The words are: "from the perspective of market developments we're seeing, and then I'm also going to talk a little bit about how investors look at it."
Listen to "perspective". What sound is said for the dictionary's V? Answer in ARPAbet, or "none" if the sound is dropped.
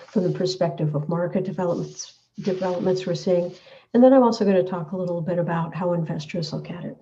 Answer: V